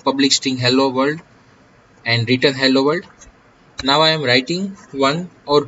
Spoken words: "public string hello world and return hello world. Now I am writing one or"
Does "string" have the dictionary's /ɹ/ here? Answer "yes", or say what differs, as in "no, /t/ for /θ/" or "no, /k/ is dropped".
no, /ɹ/ is dropped